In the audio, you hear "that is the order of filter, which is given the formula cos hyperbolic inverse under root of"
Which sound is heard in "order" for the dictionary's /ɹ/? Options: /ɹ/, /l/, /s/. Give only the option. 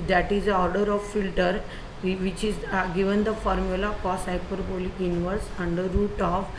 /ɹ/